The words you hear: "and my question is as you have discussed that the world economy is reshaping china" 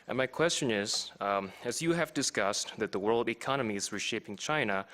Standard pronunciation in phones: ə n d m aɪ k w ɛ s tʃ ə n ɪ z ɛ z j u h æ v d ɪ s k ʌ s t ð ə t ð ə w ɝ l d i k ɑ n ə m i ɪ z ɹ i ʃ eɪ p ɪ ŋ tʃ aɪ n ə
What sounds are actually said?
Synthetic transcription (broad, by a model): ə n m aɪ k w ɛ s tʃ ə n ɪ z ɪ z j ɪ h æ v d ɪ s k ʌ s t ð ə t ð ə w ɝ l d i k ɑ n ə m i ɪ z ɹ i ʃ eɪ p ɪ ŋ tʃ aɪ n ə